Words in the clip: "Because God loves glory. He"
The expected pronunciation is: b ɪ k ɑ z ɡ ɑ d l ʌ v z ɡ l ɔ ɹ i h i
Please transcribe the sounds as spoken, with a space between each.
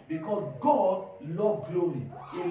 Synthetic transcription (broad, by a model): b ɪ k ɑ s ɡ ɑ d l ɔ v ɡ l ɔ i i